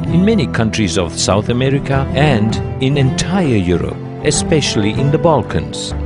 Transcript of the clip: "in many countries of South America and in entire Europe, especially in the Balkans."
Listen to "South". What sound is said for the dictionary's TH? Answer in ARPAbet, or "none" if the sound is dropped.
TH